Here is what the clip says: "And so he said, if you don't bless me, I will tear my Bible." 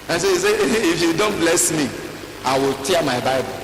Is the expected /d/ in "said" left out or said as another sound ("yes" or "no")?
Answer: yes